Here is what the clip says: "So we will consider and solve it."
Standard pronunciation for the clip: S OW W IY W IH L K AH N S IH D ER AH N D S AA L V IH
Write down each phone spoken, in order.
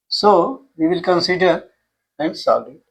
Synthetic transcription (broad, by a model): S OW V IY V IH L K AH N S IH D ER AH N D S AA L IH